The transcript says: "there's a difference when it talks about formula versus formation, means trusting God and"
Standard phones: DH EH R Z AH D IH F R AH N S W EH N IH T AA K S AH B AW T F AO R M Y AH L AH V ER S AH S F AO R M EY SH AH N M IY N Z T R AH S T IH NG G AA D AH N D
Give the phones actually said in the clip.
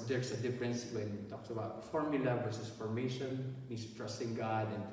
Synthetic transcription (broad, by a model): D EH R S AH D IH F R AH N S W EH N IH T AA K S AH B AW T F AO R M Y AH L AH W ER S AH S F AO R M EY SH AH N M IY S T R AH S T IH NG G AA D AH N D